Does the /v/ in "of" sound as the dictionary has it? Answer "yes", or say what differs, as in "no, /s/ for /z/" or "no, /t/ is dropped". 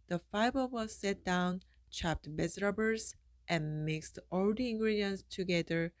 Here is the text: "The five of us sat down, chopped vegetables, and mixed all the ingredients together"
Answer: no, /w/ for /v/